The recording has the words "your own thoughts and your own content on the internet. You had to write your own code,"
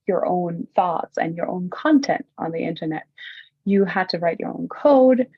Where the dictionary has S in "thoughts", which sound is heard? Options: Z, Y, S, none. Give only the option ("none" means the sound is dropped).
S